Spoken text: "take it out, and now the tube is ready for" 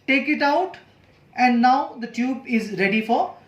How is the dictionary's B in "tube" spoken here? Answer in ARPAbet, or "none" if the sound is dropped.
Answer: B